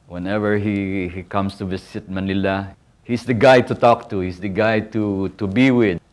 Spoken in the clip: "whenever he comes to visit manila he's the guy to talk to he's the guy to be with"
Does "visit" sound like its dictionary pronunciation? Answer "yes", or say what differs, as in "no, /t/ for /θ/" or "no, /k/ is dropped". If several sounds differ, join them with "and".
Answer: no, /s/ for /z/